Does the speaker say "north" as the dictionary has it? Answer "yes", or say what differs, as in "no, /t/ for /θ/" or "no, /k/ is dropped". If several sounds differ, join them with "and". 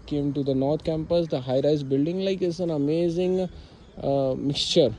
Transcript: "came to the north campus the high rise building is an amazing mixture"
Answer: no, /t/ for /θ/